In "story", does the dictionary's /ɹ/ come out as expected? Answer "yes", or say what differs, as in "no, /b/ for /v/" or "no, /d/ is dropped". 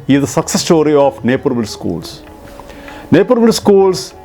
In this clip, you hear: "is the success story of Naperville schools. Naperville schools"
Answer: yes